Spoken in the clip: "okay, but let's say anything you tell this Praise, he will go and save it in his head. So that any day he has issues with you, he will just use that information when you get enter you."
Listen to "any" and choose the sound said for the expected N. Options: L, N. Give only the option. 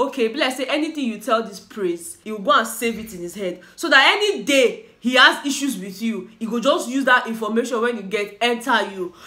N